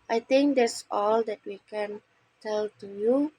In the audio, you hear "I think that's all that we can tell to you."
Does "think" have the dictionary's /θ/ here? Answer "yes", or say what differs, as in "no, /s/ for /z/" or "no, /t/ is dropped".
no, /t/ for /θ/